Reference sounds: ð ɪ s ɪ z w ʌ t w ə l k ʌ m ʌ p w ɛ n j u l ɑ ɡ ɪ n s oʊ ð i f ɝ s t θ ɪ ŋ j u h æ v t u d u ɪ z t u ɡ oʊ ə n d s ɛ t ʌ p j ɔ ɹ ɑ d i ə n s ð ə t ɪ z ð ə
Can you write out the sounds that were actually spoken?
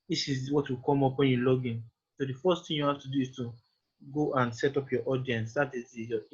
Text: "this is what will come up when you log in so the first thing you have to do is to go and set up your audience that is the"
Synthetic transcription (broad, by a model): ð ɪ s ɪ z w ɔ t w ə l k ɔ m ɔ p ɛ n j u l ɑ ɡ ɪ n s oʊ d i f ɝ s t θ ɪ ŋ j u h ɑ f t u d u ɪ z t u ɡ oʊ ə n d s ɛ t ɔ p j ɔ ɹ ɑ d i ə n s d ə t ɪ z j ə